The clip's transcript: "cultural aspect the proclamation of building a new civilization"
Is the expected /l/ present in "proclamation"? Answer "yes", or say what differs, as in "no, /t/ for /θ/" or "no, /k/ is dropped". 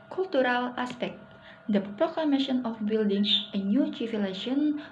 yes